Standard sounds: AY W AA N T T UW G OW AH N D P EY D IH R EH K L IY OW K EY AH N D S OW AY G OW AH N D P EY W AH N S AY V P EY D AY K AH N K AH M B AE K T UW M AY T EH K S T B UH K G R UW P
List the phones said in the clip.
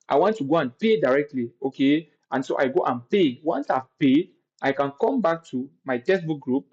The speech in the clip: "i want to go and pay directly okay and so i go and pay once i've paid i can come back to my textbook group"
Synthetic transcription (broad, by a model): AY W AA N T T UW G OW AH N P EY D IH R EH K L IY OW K EY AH N S OW AY G OW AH N P EY W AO N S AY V P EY AY K AH N K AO M B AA K T UW M AY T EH S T B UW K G R UW P